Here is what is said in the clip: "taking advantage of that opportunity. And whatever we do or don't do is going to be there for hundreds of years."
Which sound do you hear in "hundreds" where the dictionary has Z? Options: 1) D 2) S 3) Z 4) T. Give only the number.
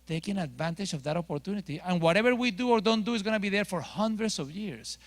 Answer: 2